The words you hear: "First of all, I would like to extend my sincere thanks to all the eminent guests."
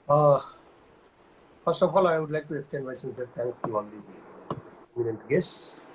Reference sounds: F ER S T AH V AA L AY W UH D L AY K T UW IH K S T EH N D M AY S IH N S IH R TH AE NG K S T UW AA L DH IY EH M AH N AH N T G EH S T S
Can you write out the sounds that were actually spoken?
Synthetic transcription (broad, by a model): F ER S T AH F AA L AY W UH D L AY K T UW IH S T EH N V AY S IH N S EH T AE NG K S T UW AA L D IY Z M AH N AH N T G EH S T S